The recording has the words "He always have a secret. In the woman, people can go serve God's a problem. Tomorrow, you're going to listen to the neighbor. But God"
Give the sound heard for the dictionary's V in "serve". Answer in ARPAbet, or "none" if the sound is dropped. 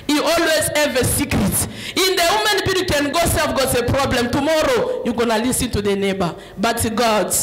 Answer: F